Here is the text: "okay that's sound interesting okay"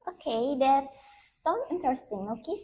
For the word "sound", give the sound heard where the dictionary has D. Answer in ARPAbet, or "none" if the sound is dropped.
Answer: none